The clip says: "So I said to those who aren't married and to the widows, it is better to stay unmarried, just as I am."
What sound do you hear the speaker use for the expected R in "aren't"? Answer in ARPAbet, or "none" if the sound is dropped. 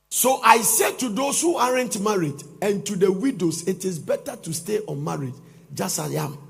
R